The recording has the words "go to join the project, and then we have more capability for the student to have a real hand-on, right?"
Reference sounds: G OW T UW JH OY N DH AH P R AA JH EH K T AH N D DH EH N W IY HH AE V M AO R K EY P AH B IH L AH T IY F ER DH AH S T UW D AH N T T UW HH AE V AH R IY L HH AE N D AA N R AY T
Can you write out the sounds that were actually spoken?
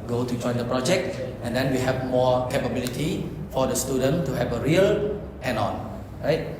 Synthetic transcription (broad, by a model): G OW T UW JH OY N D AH P R AA JH EH K T AH N D EH N W IY HH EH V M AO K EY P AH B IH L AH T IY F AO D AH S T UW D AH N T T UW HH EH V AH R IY L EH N AA N R AY T